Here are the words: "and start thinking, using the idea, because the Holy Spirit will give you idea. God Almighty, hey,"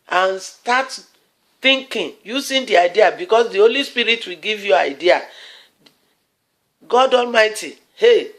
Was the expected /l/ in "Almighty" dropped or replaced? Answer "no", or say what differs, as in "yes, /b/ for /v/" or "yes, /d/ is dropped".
no